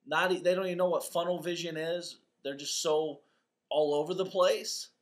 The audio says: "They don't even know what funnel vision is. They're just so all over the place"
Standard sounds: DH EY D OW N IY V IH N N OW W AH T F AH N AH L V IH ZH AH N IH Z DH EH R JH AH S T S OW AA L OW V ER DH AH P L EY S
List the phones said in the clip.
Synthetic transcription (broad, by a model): DH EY D OW N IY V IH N N OW W AH T F AH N L V IH ZH AH N IH Z DH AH R JH AH S T S OW AA L OW V ER DH AH P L EY S